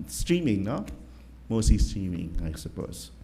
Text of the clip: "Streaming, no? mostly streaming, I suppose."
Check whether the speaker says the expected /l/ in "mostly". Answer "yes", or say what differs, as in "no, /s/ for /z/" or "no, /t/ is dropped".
no, /l/ is dropped